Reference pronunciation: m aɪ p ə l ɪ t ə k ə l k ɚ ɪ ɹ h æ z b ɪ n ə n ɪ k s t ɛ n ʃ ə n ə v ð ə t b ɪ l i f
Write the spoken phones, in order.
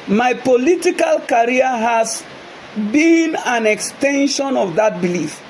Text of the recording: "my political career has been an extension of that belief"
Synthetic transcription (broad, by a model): m aɪ p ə l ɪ t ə k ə l k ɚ ɹ h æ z b ɪ n ə n ɪ k s t ɛ n ʃ ə n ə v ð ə t b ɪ l i f